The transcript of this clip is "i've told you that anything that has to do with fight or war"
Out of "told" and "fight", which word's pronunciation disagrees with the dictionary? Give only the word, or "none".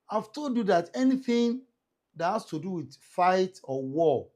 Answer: told